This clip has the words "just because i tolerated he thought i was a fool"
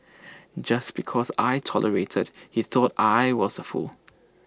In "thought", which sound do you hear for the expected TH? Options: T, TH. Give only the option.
TH